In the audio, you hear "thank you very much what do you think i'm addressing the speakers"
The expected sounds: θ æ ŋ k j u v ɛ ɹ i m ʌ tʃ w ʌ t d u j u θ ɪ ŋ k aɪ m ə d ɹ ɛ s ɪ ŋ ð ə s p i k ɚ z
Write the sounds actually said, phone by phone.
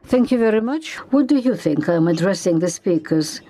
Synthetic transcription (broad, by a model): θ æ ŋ k j u v ɛ ɹ i m ʌ tʃ w ʌ t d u j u θ ɪ ŋ k aɪ m ə d ɹ ɛ s ɪ ŋ ð ə s p i k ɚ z